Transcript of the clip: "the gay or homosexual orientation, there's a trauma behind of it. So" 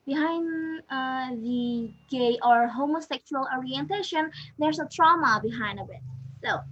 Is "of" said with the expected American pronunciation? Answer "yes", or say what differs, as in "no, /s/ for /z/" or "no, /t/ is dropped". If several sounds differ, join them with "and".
no, /b/ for /v/